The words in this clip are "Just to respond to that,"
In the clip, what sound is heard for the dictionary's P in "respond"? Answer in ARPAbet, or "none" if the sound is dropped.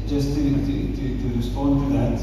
P